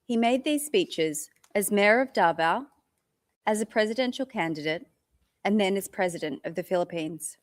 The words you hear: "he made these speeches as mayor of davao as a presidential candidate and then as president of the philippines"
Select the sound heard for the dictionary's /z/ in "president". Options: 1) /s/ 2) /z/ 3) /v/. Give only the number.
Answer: 2